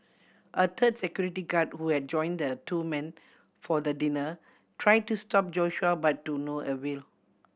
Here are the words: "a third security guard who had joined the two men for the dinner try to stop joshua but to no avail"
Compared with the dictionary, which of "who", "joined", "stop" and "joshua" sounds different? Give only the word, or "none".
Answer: none